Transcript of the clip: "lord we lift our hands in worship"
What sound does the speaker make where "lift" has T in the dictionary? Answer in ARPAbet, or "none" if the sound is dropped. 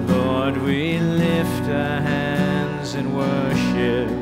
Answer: T